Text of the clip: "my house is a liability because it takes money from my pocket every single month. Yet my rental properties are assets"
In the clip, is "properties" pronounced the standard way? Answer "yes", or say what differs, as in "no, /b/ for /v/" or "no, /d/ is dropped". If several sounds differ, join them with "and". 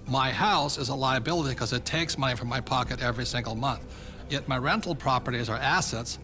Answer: yes